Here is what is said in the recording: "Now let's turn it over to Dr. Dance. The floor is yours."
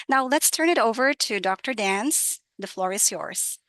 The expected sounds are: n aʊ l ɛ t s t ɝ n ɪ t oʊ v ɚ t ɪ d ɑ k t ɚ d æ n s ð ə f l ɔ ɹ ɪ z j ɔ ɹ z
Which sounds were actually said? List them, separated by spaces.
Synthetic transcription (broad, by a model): n aʊ l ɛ t s t ɝ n ɪ t oʊ v ɚ t ɪ d ɑ k t ɚ d æ n s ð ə f l ɔ ɹ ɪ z j ɔ ɹ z